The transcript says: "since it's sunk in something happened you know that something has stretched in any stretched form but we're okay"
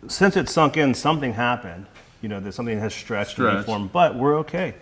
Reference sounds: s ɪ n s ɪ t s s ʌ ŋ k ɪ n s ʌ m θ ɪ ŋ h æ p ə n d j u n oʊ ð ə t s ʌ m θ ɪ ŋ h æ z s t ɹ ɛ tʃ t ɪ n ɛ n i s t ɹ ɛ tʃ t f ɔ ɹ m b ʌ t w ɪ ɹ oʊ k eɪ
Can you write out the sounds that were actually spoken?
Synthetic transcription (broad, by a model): s ɪ n s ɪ t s s ʌ ŋ k ɪ n s ʌ m θ ɪ ŋ h æ p ə n d j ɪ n oʊ ð ə t s ʌ m θ ɪ ŋ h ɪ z s t ɹ ɛ tʃ t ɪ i f ɔ ɹ m b ʌ t w ɪ ɹ oʊ k eɪ